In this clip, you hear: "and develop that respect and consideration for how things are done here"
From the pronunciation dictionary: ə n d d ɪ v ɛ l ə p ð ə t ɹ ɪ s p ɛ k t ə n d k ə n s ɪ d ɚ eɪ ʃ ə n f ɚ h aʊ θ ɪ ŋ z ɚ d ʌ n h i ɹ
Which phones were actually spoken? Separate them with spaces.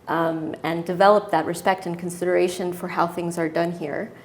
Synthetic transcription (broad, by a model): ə n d d ɪ v ɛ l ə p ð ə t ɹ ɪ s p ɛ k t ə n k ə n s ɪ d ɚ eɪ ʃ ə n f ɚ h aʊ θ ɪ ŋ z ɚ d ʌ n h i ɹ